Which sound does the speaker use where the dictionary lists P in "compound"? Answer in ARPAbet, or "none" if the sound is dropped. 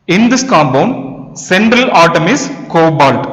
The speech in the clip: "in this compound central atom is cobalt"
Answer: B